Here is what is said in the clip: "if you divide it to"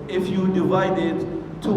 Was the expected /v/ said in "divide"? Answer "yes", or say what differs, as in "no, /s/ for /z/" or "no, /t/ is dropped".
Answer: yes